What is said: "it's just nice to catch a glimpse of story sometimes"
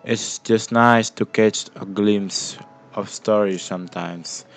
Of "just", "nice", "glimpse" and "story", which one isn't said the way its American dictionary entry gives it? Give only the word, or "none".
glimpse